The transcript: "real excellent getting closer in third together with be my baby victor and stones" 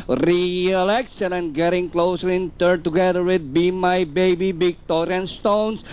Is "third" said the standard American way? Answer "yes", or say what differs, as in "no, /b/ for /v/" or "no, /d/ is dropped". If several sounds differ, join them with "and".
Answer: no, /t/ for /θ/